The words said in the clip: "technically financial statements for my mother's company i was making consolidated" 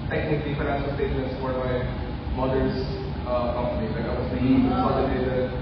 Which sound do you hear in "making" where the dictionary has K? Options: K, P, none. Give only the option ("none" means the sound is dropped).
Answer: none